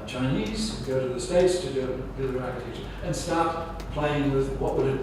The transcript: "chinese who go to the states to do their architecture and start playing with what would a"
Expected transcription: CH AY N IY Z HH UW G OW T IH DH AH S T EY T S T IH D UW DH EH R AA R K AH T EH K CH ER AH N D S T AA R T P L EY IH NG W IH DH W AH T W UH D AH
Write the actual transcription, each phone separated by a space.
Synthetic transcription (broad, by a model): CH AY N IY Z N G OW T IH DH AH S T EY T S T IH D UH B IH L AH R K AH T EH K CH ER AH N S T AA R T P L EY IH NG W IH DH W AH T W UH D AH